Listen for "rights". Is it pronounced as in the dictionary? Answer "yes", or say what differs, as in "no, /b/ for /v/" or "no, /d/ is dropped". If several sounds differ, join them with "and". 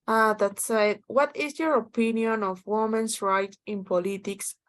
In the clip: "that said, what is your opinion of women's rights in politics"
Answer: no, /s/ is dropped